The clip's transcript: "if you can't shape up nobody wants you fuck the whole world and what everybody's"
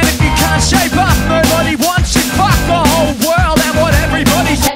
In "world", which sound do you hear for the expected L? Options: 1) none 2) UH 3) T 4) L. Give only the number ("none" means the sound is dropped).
4